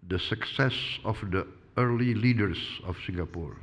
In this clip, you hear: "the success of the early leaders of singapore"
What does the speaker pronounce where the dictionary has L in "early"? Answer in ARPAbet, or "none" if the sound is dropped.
L